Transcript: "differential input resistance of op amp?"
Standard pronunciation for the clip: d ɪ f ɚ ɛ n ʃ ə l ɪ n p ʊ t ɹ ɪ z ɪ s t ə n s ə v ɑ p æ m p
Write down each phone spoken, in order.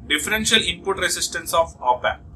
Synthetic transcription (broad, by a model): d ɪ f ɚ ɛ n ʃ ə l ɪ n p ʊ t ɹ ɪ s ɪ s t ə n s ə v ɑ p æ